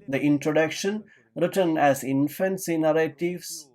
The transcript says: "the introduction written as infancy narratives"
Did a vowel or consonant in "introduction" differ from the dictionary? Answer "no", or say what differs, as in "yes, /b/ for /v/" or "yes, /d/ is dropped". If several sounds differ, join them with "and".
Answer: no